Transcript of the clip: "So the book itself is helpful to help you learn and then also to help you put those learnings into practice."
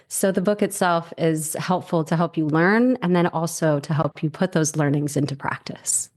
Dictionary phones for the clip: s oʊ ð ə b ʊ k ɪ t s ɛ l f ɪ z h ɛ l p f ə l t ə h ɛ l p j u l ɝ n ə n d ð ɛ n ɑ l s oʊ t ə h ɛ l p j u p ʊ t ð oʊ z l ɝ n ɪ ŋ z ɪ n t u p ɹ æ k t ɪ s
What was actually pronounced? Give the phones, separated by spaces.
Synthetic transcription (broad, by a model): s oʊ ð ə b ʊ k ɪ t s ɛ l f ɪ z h ɛ l p f l t ə h ɛ l p j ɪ l ɝ n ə n ð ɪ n ɑ l s oʊ t ə h ɛ l p j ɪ p ʊ t ð oʊ z l ɝ n ɪ ŋ z ɪ n t u p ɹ æ k t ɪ s